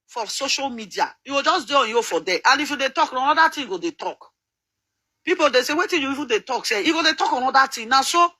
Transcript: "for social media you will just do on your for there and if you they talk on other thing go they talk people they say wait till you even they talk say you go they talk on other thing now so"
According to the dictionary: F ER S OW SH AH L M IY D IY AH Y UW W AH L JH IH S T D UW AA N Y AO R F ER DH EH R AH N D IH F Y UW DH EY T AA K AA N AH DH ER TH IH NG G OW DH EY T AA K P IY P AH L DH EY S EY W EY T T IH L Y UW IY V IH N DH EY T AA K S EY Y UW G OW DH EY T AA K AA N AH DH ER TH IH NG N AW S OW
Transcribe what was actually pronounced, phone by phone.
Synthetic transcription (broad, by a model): F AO S OW SH AH L M IY D IY AH Y UW W AH L JH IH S D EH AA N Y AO F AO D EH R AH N IH F Y UW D EY T AA K AA N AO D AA T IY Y G OW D EY T AA K P IY P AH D EY S EY W EY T T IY N Y UW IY F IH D EY T AA K S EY Y UW G OW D EY T AA K AA N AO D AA T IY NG N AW S OW